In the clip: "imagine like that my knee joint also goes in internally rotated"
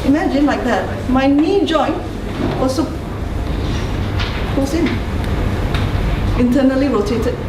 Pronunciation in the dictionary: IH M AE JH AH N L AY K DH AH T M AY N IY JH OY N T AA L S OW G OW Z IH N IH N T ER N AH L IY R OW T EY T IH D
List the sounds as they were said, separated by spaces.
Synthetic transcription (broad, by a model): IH M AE JH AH N L AY K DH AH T M AY N IY JH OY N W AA S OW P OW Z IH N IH N T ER N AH L IY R OW T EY T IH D